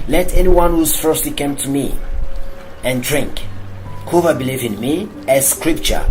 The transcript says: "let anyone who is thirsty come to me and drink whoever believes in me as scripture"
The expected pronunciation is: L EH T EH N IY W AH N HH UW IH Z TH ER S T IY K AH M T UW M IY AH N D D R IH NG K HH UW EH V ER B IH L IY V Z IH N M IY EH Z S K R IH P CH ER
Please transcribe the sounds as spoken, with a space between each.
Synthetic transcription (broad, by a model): L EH T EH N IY W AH N HH UW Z F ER S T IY K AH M T UW M IY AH N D D R IH NG K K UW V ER B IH L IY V IH N M IY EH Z S K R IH P CH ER